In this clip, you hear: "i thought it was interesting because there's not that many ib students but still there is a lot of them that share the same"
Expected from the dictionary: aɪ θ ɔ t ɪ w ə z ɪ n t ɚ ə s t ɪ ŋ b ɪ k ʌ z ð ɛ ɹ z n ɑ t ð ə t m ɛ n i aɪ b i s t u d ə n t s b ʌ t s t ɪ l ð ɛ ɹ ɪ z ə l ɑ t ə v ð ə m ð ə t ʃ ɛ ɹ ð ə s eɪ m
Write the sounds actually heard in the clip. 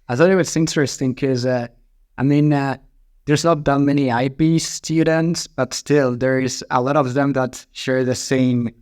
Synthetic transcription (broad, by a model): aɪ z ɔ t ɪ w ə s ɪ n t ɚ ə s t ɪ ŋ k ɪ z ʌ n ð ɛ ɹ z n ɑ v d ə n m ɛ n i aɪ b i s t u d ə n t s b ʌ t s t ɪ l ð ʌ ɹ ɪ z ə l ɑ t ə v ð ə m ð ə t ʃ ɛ ɹ ð ə s eɪ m